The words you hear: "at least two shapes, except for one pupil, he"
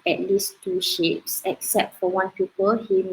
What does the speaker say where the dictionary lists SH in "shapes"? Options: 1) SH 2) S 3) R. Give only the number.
1